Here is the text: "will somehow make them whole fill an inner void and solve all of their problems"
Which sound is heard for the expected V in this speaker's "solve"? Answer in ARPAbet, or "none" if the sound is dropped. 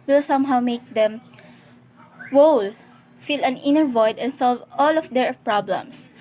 V